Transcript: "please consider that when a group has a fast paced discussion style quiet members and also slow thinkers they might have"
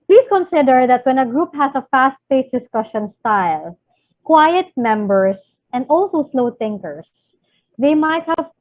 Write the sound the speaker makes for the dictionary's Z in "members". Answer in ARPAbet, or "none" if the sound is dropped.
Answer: S